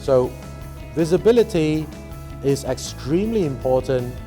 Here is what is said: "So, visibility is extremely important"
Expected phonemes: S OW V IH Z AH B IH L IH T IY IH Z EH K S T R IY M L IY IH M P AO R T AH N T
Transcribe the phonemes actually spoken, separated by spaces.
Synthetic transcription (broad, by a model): S OW V IH Z AH B IH L IH T IY IH Z EH K S T R IY M L IY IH M P AO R T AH N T